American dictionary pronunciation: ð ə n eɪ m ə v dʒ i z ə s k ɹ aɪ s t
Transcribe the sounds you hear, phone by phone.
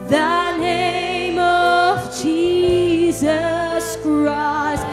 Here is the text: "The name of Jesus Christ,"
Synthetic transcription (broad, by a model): ð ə n eɪ m ə v dʒ i z ə s k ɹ aɪ s t